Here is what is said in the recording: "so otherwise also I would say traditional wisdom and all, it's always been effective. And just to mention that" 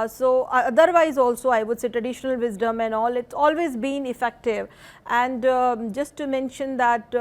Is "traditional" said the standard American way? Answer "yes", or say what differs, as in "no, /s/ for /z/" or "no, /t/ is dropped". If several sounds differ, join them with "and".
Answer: yes